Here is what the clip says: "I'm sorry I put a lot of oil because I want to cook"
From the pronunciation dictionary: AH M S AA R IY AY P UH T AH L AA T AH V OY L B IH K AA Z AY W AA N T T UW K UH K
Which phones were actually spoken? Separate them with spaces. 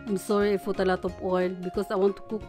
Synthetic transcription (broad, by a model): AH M S AA R IY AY F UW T AH L AA T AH P OY L B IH K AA S AY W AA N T T UW K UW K